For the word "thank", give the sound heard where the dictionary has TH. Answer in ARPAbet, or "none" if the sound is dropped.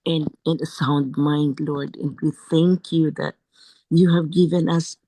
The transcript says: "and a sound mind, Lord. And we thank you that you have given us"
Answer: TH